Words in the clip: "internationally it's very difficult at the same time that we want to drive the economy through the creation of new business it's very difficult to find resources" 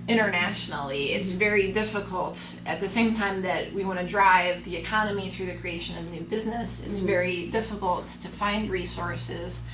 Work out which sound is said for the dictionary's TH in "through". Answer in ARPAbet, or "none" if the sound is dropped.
TH